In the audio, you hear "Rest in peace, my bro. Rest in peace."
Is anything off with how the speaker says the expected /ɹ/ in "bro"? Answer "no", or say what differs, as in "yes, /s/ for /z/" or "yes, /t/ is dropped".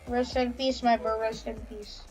yes, /ɹ/ is dropped